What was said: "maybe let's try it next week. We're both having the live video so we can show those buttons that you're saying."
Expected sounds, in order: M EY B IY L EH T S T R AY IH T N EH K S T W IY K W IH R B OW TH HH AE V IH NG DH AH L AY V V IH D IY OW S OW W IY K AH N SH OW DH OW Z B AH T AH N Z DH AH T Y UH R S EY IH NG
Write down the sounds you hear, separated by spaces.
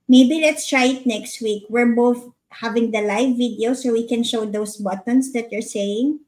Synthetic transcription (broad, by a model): M EY B IY L EH T S T R AY IH T N EH K S T W IY K W IH R B OW TH HH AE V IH NG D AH L AY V V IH D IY OW S OW W IY K AH N SH OW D OW S B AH T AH N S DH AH T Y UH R S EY IH NG